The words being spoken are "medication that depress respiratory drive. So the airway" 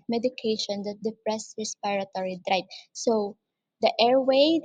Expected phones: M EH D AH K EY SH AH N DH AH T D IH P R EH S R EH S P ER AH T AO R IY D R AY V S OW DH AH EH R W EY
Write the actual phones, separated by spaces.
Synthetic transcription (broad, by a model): M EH D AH K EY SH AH N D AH T D IH P R EH S R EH S P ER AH T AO R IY D R AY P S OW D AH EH R W EY